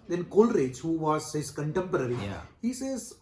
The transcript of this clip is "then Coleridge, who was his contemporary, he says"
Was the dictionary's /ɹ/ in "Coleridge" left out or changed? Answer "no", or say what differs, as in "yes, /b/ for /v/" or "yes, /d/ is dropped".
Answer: no